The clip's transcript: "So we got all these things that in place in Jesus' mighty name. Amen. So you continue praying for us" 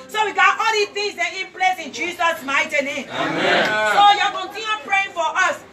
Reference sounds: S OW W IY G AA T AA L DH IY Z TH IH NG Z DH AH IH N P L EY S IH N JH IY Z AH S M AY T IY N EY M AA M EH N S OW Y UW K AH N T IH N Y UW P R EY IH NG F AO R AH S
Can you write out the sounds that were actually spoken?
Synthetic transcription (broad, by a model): S OW W IY G AA T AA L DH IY TH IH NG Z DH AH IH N P L EY S IH N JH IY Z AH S M AY T IY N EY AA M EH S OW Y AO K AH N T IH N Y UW P R EY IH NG F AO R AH S